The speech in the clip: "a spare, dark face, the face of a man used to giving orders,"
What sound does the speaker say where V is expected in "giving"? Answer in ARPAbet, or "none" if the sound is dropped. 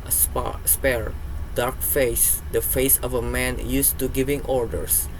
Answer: V